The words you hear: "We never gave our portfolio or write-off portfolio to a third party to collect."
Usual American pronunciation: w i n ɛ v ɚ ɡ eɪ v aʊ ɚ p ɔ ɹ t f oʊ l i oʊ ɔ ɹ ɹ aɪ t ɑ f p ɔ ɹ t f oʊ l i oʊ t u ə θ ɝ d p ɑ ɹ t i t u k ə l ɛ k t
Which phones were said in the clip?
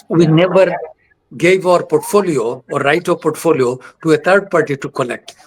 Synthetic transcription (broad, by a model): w i n ɛ v ɚ ɡ eɪ v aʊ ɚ p ɔ ɹ t f oʊ l i oʊ ɔ ɹ ɹ aɪ t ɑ p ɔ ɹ t f oʊ l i oʊ t u ə t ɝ d p ɑ ɹ t i t u k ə l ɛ k t